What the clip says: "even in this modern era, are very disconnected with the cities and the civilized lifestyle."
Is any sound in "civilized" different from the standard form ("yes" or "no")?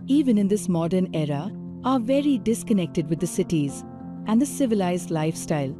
no